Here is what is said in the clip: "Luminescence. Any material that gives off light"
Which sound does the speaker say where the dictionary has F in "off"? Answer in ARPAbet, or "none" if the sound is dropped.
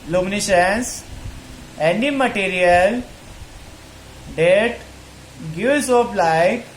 P